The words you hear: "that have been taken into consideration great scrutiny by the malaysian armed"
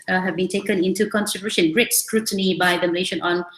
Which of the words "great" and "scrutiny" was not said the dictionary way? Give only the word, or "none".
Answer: none